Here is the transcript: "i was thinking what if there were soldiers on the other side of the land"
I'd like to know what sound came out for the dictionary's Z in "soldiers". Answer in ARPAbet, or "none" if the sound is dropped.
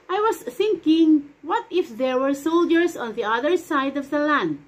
S